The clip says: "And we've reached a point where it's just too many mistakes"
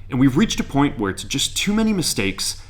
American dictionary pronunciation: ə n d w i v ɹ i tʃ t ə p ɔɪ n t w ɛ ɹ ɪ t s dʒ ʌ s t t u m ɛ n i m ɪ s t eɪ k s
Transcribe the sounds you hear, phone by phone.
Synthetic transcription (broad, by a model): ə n w i v ɹ i tʃ t ə p ɔɪ n t w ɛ ɹ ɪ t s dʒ ʌ s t t u m ɛ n i m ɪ s t eɪ k s